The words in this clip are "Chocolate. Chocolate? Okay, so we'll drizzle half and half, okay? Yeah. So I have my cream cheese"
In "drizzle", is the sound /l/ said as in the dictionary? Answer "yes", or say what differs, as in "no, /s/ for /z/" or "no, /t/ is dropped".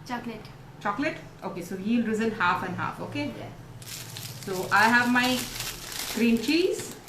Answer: no, /n/ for /l/